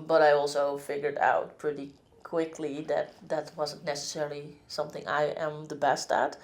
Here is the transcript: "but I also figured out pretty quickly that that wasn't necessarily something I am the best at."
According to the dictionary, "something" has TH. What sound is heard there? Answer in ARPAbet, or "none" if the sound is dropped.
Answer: TH